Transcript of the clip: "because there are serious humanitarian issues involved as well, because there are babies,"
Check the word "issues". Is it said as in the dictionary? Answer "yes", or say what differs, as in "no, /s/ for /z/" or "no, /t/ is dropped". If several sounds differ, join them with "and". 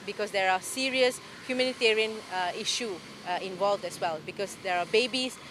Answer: no, /z/ is dropped